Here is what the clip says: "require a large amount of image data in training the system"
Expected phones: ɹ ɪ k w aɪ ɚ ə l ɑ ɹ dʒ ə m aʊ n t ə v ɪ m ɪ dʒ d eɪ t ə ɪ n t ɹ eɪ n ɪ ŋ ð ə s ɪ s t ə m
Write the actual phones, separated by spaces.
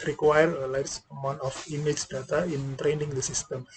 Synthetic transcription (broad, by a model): ɹ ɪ k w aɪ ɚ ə l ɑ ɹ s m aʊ n ə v ɪ m ɪ dʒ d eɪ t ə ɪ n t ɹ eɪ n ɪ ŋ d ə s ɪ s t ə m